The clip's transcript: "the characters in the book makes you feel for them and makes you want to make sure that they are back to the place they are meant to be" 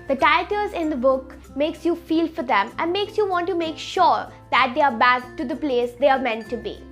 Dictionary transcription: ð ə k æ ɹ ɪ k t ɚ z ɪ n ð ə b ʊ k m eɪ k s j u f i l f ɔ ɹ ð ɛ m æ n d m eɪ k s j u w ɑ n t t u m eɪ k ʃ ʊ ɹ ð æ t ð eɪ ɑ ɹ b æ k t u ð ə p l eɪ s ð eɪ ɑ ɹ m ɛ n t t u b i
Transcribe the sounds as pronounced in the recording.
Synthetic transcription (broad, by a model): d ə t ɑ ɪ t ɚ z ɪ n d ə b ʊ k m eɪ k s j u f i l f ɔ ɹ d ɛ m æ n d m eɪ k s j u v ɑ n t t u m eɪ k ʃ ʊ ɹ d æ t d eɪ ɑ ɹ b æ k t u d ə p l eɪ s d eɪ ɑ ɹ m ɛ n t t u b i